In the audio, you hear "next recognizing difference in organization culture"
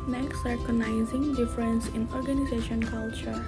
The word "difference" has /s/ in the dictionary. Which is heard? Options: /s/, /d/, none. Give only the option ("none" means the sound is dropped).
/s/